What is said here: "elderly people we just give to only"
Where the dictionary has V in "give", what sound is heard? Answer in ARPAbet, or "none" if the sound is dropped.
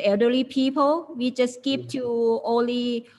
P